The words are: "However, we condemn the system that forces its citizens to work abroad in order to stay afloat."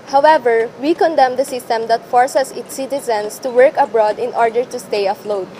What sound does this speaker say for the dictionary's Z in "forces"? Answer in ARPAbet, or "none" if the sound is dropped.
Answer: S